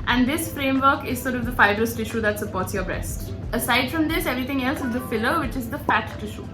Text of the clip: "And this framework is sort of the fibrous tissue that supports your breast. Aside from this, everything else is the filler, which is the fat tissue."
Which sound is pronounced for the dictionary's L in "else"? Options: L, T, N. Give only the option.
L